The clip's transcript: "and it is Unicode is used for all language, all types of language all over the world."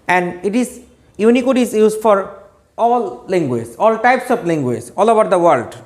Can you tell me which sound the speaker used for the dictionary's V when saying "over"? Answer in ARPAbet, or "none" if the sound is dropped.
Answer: B